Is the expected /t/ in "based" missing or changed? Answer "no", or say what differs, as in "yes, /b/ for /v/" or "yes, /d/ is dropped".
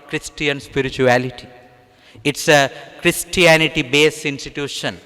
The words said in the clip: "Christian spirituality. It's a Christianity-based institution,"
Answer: yes, /t/ is dropped